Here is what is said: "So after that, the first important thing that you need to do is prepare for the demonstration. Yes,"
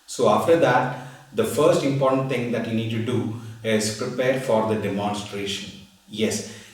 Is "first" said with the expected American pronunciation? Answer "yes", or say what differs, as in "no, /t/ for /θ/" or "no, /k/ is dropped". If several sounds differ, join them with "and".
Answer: yes